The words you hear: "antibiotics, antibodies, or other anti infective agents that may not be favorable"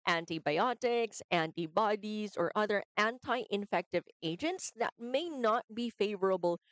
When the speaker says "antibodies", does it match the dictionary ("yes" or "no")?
yes